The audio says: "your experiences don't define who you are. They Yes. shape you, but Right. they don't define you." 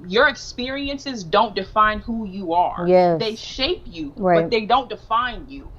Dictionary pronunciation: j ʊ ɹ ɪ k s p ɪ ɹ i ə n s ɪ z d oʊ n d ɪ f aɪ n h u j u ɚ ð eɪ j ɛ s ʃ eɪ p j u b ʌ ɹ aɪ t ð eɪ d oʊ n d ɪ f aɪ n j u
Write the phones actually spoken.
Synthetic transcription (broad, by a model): j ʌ ɹ ɪ k s p ɪ ɹ i ə n s ɪ z d oʊ n d ɪ f aɪ n h u j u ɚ ð eɪ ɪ ʃ eɪ p j u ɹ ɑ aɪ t ð eɪ d oʊ n d ɪ f aɪ n j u